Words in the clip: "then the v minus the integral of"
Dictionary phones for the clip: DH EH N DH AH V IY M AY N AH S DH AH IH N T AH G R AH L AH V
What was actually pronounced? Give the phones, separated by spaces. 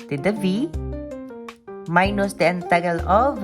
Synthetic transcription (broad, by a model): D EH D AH V IY M AY N AH S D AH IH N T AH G AH L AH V